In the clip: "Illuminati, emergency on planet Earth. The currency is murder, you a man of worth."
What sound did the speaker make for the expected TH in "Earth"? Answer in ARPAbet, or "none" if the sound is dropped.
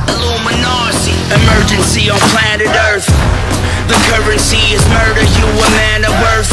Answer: TH